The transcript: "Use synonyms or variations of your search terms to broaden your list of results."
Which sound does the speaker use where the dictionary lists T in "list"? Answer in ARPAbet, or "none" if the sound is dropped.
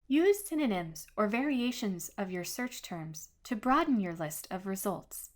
T